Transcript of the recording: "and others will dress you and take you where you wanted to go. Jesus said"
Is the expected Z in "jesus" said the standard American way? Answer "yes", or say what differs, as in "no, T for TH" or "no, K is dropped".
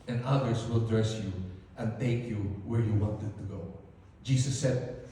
no, S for Z